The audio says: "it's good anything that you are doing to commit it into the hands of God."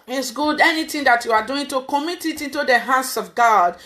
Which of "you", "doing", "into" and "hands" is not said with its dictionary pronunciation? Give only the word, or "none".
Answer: hands